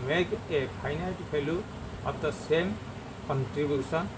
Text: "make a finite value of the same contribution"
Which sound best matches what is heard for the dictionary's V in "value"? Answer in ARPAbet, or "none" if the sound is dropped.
P